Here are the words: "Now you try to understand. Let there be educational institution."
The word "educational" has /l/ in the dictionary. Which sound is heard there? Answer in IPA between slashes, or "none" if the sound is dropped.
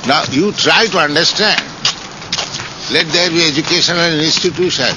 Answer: /n/